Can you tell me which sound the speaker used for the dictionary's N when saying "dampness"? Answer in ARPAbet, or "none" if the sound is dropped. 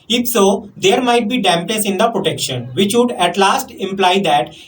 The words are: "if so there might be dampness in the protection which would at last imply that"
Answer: L